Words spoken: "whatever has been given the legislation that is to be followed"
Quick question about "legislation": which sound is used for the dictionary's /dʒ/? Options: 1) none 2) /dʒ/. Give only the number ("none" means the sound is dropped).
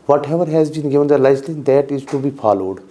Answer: 1